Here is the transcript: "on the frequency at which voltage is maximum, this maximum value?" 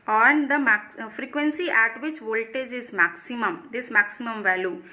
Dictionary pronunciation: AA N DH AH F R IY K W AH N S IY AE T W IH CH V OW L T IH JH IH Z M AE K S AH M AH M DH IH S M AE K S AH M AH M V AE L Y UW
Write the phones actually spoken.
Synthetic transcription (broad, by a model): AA N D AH F R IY K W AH N S IY AE T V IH CH V OW L T IH JH IH Z M AE K S AH M AH M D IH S M AE K S AH M AH M V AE L Y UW